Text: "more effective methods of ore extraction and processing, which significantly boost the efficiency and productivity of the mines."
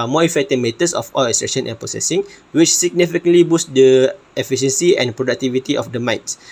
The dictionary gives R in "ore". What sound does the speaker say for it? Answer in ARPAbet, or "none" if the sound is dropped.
L